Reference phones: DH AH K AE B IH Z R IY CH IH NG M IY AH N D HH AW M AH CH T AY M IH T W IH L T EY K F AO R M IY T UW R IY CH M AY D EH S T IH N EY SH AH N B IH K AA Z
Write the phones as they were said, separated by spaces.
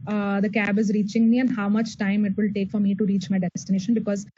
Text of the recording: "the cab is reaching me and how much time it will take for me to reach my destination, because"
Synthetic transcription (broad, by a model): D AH K AE B IH Z R IY CH IH NG M IY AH N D HH AW M AH CH T AY M IH T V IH L T EY K F AO R M IY T UW R IY CH M AY D EH S T IH N EY SH AH N B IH K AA Z